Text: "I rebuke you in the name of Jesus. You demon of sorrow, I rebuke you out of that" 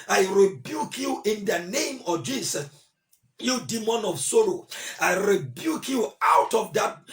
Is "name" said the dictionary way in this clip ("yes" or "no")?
yes